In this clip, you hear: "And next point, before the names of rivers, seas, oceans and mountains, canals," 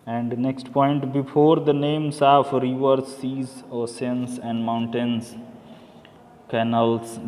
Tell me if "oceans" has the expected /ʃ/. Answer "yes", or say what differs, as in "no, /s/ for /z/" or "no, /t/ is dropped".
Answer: no, /s/ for /ʃ/